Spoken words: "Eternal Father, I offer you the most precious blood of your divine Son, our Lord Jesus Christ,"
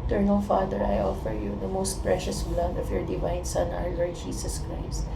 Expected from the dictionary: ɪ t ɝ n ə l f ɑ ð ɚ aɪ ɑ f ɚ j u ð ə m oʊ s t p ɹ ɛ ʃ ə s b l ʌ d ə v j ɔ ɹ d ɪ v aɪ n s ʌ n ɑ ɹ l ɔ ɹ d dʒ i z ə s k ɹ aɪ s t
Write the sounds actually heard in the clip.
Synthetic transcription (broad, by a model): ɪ t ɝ n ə l f ɑ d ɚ aɪ ɑ f ɚ j u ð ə m oʊ s t p ɹ ɛ ʃ ə s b l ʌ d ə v j ɔ ɹ d ɪ v aɪ n s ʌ n ɑ ɹ l ɔ ɹ d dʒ i s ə s k ɹ aɪ s t